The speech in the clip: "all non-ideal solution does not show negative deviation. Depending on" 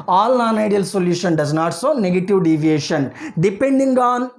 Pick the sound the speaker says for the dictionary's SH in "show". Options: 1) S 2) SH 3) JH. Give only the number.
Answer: 1